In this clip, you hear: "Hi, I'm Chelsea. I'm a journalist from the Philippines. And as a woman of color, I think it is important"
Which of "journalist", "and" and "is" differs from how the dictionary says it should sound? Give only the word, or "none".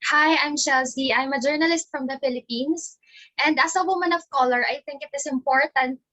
is